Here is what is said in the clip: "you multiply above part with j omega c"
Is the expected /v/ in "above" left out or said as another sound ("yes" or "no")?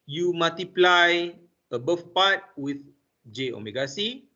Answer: yes